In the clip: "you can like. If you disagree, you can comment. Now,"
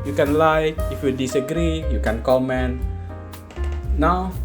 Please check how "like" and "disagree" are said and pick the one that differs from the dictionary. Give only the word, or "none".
like